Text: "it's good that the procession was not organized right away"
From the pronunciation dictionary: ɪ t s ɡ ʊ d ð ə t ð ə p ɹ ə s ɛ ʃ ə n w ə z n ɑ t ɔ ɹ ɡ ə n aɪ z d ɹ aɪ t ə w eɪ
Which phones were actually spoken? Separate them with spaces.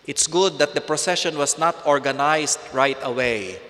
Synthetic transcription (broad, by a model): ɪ t s ɡ ʊ d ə t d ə p ɹ ə s ɛ ʃ ə n w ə s n ɑ t ɔ ɹ ɡ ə n aɪ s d ɹ aɪ t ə w eɪ